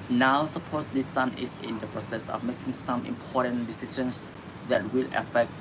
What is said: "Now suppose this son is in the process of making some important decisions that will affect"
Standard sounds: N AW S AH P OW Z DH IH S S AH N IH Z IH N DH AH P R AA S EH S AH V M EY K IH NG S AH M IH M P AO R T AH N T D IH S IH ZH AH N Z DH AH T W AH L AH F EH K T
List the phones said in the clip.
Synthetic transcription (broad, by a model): N AW S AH P OW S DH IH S S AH N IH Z IH N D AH P R AA S EH S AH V M EY K IH NG S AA M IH M P AO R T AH N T D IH S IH SH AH N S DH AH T W AH L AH F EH K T